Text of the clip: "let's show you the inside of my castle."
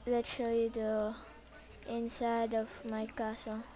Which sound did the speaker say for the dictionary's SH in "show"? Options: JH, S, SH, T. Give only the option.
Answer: SH